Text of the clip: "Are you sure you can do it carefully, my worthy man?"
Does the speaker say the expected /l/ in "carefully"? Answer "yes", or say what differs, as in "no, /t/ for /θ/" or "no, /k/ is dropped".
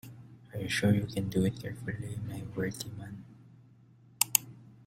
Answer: yes